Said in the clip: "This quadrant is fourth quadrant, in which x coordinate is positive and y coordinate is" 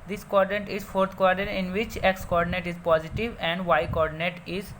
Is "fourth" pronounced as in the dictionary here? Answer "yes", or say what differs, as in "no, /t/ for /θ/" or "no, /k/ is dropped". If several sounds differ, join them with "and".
no, /t/ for /θ/